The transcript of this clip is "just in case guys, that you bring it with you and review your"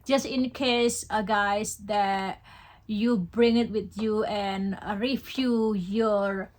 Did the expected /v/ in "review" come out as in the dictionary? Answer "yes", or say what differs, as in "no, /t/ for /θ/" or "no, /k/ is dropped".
no, /f/ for /v/